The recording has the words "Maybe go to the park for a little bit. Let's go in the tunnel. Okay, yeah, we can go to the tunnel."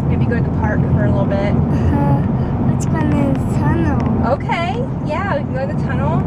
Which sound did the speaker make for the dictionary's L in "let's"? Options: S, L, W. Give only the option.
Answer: W